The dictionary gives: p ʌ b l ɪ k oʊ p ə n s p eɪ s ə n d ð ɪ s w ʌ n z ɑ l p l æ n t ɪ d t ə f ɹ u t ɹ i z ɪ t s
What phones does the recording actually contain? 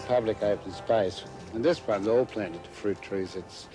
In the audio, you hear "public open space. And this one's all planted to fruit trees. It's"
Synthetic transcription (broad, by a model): p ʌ b l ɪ k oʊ ə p s p eɪ s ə n ð ɪ s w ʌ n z ɑ l p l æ n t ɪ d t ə f ɹ u t ɹ i z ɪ t s